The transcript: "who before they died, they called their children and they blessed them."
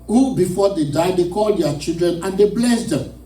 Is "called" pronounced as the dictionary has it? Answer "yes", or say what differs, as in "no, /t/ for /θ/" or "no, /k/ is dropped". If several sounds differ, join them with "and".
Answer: yes